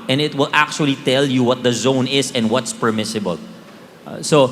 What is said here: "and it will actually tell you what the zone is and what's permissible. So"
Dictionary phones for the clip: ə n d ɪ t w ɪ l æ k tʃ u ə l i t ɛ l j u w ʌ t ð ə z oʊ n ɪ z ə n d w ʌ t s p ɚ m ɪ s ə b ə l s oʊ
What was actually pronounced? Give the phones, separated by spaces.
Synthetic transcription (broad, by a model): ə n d ɪ t w ɪ l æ k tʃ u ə l i t ɛ l j u w ʌ t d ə z oʊ n ɪ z ə n d w ʌ t s p ɚ m ɪ s ə b ə l s oʊ